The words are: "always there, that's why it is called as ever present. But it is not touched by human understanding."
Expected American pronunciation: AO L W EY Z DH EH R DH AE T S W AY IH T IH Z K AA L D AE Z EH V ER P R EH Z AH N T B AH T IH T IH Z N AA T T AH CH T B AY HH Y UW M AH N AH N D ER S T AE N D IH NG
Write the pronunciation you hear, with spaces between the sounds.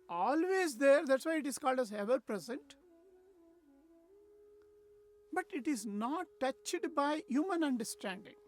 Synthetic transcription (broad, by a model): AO L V EY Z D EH R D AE T S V AY IH T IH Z K AA L D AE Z EH V ER P R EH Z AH N T B AH T IH T IH Z N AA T T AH CH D B AY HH Y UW M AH N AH N D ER S T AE N D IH NG